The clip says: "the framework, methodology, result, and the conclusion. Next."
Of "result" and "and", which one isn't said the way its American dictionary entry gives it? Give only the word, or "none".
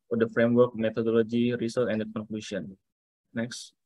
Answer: result